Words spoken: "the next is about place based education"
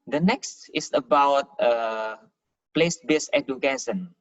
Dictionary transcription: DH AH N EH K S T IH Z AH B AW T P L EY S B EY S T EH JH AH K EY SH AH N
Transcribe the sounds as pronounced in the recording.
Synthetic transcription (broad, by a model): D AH N EH K S T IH S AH B AW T P L EY S B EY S EH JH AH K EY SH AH N